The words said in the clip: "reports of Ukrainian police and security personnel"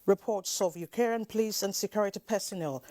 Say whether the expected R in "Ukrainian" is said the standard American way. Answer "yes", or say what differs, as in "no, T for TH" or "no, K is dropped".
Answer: no, R is dropped